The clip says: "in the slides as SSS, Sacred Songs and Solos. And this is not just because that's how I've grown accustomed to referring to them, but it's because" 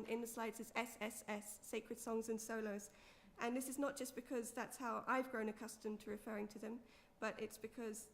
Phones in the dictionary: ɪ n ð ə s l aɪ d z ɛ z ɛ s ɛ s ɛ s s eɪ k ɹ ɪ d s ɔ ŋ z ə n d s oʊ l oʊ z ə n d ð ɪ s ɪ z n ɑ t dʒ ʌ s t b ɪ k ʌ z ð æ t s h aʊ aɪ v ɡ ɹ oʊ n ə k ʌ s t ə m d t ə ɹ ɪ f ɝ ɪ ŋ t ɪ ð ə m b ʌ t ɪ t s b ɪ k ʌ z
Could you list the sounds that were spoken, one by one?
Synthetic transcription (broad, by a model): ɪ n ð ə s l aɪ d z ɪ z ɛ s ɛ s ɛ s s eɪ k ɹ ɪ d s ɔ ŋ z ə n s oʊ l oʊ z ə n ð ɪ s ɪ z n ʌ t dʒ ʌ s b ɪ k ʌ z ð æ t s h aʊ aɪ v ɡ ɹ oʊ n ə k ʌ s t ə m t ə ɹ ɪ f ɝ ɪ ŋ t ɪ ð ə m b ʌ t ɪ t s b ɪ k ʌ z